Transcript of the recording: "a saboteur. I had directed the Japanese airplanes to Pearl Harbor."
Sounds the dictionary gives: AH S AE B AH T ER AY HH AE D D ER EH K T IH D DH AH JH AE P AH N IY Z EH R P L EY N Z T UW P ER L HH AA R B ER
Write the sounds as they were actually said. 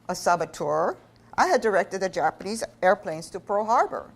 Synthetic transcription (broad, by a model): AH S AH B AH T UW AY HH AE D D ER EH K T IH D DH AH JH AE P AH N IY Z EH R P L EY N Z T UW P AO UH HH AA R B ER